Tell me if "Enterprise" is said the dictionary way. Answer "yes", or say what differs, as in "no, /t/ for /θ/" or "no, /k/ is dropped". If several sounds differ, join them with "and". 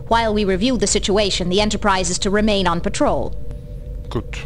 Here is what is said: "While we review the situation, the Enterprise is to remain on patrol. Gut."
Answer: yes